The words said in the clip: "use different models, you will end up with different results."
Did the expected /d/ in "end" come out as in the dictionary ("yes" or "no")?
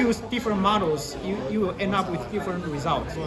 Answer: yes